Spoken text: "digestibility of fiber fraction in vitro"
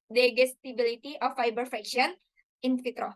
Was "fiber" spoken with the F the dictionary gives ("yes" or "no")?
yes